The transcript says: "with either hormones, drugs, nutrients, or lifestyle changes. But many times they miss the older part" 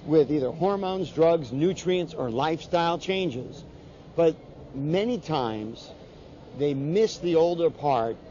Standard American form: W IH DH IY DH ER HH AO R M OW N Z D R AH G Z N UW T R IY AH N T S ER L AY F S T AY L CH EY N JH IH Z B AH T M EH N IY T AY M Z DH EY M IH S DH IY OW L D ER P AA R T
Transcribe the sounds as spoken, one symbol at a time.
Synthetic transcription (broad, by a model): W IH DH IY DH ER HH AO R M OW N Z D R AH G Z N UW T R IY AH N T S ER L AY F S T AY L CH EY N JH IH Z B AH T M EH N IY T AY M Z DH EY M IH S DH IY OW L D ER P AA R T